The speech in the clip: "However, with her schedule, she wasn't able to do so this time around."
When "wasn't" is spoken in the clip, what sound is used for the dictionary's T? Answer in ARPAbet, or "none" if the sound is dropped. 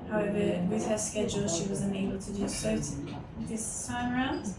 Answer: none